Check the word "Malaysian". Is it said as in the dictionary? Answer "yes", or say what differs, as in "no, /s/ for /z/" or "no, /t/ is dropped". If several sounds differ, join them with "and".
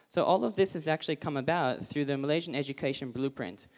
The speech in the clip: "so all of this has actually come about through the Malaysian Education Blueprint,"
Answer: yes